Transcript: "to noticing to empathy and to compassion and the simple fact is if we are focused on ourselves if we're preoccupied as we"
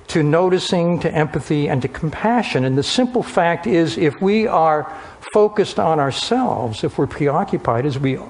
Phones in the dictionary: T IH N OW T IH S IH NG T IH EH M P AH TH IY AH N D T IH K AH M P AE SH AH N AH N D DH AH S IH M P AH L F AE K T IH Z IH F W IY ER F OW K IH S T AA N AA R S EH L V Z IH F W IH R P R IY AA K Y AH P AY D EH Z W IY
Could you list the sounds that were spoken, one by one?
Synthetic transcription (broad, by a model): T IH N OW T IH S IH NG T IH EH M P AH TH IY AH N T IH K M P AE SH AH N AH N DH AH S IH M P L F AE K T IH Z IH F W IY ER F OW K IH S T N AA R S EH L V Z IH F W IH R P R IY AA K Y AH P AY D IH Z W IY